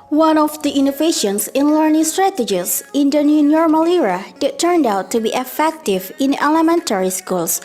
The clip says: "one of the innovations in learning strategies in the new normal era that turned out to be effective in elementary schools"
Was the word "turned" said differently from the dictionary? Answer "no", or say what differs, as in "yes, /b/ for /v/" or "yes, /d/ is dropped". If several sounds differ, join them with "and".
no